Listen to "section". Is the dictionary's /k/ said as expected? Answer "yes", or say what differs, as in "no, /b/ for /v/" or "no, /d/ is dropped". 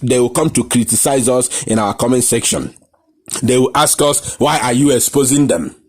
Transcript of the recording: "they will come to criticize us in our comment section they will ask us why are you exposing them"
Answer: yes